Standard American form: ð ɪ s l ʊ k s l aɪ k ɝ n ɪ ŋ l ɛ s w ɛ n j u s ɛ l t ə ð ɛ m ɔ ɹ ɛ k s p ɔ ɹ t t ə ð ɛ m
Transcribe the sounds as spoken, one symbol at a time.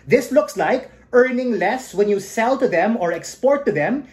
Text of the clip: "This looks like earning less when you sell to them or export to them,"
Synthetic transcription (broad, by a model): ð ɪ s l ʊ k s l aɪ k ɝ n ɪ ŋ l ɛ s w ɛ n j u s ɛ l t ə ð ɛ m ɔ ɹ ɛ k s p ɔ ɹ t t ə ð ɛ m